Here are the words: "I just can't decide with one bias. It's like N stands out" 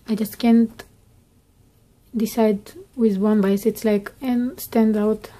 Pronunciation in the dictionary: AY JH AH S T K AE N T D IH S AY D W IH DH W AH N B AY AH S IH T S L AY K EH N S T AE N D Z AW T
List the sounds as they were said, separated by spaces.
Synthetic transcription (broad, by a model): AY JH AH S T K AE N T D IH S AY D W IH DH W AH N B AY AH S IH T S L AY K EH N S T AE N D AW T